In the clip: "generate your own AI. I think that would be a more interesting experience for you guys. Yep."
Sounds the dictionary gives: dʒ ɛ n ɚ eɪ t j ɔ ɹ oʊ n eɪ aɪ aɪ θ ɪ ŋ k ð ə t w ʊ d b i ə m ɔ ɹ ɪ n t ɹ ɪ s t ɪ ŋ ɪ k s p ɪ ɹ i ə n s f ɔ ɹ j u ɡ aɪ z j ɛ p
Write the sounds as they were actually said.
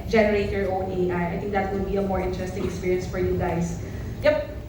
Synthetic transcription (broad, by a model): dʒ ɛ n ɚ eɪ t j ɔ ɹ oʊ n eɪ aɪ aɪ t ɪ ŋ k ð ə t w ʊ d b i ə m ɔ ɹ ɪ n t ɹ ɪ s t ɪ ŋ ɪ k s p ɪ ɹ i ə n s f ɔ ɹ j u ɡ aɪ s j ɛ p